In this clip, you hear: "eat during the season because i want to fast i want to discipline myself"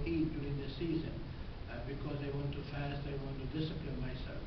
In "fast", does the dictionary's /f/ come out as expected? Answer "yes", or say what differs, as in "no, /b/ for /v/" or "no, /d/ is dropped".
yes